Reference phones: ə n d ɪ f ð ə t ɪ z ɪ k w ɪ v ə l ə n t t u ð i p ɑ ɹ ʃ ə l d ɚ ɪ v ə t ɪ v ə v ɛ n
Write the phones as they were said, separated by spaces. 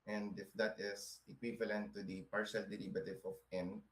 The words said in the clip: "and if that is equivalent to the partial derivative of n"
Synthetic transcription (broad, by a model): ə n d ɪ f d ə t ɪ s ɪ k w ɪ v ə l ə n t t u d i p ɑ ɹ ʃ ə l d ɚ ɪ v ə t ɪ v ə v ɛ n